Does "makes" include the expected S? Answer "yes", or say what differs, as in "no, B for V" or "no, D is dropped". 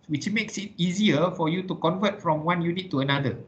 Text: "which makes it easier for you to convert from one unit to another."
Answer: yes